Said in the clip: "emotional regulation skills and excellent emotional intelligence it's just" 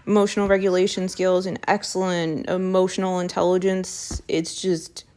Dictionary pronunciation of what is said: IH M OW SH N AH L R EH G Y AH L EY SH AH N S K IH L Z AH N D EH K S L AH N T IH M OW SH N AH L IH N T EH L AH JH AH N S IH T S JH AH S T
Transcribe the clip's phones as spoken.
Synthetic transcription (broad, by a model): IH M OW SH N L R EH G Y AH L EY SH AH N S K IH L Z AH N EH K S L AH N T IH M OW SH N L IH N T EH L AH JH AH N S IH T S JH AH S T